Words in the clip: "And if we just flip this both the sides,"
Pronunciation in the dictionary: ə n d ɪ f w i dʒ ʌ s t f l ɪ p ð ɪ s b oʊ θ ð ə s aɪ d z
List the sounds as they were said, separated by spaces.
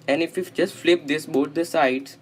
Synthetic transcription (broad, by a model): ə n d ɪ f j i dʒ ʌ s t f l ɪ p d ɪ s b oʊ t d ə s aɪ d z